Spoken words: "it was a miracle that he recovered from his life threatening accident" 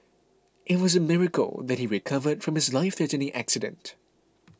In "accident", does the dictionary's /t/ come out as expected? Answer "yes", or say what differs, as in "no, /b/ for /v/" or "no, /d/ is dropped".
yes